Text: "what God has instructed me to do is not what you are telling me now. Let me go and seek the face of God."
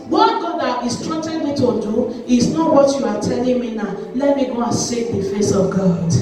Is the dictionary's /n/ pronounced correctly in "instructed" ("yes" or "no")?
no